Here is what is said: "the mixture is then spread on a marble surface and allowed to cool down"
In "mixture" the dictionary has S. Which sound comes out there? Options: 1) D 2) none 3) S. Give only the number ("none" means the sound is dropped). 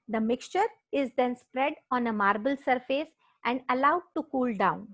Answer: 3